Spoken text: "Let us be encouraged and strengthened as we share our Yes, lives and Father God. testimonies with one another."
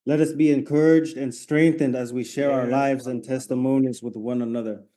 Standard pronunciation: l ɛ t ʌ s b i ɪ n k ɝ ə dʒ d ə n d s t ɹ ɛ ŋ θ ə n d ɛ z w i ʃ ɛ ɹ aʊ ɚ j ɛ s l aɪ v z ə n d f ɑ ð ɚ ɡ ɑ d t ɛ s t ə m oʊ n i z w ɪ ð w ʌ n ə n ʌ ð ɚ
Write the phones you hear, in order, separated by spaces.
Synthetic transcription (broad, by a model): l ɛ t ʌ s b i ɪ n k ɝ ə dʒ d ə n s t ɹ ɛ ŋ θ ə n d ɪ z w i ʃ ɛ ɹ aʊ ɚ l aɪ v z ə n t ɛ s t ə m oʊ n i z w ɪ ð w ʌ n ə n ʌ ð ɚ